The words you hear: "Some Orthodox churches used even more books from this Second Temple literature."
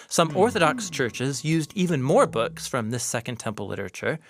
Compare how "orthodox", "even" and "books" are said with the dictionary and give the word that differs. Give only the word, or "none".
none